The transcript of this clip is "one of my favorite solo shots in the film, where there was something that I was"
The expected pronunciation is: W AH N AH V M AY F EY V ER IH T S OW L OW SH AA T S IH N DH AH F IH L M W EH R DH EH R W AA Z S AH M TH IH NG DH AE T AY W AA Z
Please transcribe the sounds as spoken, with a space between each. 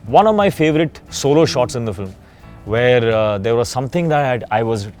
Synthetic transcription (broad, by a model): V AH N AH V M AY F EY V ER IH T S OW L OW SH AA T S IH N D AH F IH L M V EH R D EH R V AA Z S AH M T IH NG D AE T AY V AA Z